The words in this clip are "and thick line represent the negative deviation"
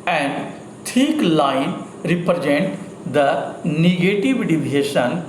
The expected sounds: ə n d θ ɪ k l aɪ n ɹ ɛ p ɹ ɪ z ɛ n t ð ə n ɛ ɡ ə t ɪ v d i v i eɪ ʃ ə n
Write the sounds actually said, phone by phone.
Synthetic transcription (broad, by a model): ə n d t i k l aɪ n ɹ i p ɹ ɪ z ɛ n t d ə n ɛ ɡ ə t ɪ v d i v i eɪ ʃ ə n